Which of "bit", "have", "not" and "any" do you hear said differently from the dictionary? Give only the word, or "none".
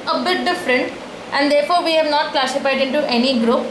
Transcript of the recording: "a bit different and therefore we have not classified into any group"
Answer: none